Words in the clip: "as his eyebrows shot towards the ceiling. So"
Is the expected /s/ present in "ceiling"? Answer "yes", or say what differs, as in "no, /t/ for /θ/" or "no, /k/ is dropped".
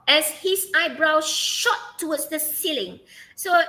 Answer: yes